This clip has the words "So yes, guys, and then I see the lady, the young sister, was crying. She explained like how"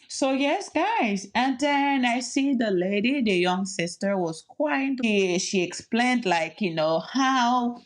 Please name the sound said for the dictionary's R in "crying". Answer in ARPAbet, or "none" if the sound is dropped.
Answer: W